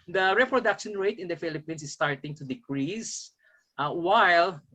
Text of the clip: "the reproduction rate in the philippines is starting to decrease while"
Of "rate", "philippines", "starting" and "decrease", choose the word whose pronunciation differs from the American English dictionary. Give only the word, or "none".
philippines